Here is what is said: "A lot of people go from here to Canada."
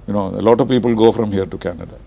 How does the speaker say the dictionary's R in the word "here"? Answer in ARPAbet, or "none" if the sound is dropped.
R